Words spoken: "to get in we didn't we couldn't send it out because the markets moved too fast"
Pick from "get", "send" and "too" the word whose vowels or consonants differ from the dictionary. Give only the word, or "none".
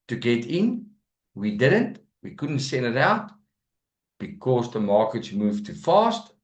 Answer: none